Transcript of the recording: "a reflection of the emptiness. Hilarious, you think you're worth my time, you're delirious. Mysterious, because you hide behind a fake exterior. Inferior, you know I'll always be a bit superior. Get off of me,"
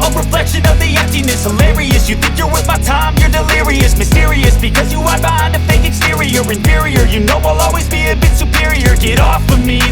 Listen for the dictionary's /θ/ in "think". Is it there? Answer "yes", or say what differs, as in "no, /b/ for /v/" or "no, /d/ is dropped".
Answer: yes